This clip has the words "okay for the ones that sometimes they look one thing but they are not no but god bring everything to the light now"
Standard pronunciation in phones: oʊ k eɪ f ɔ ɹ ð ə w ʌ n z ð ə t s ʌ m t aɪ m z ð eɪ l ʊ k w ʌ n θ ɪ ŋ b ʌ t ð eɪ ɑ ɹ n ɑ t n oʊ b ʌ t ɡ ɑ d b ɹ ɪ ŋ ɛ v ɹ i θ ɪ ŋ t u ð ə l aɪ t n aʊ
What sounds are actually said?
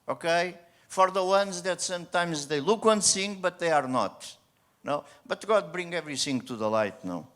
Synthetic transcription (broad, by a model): oʊ k eɪ f ɔ ɹ ð ə w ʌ n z ð ə t s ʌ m t aɪ m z ð eɪ l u k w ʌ n s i ŋ b ʌ t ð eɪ ɑ ɹ n ɑ t n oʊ b ʌ t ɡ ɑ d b ɹ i ŋ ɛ v ɹ i s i ŋ t u ð ə l aɪ t n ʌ